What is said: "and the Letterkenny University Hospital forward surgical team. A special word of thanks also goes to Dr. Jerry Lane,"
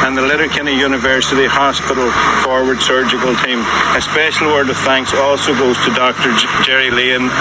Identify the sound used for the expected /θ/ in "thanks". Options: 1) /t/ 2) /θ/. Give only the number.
2